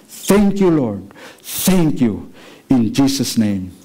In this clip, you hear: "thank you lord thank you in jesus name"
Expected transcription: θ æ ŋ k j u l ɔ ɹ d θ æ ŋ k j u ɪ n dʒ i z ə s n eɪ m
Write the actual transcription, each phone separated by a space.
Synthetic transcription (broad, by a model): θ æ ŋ k j u l ɔ ɹ d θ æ ŋ k j u ɪ n dʒ i s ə s n eɪ m